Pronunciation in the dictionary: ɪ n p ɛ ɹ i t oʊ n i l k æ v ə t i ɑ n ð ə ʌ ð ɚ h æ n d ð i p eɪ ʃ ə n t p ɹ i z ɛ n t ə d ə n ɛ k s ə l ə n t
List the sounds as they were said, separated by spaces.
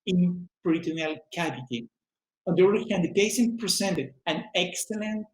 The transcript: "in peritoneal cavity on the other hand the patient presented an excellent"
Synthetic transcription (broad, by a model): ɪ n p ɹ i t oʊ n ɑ l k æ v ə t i ɑ n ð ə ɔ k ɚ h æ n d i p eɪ s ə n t p ɹ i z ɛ n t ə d ə n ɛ k s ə l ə n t